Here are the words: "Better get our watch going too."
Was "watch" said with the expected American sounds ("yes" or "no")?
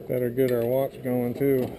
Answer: no